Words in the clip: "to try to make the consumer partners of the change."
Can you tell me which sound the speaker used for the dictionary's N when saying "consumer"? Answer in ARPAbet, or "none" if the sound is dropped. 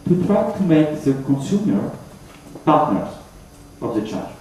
N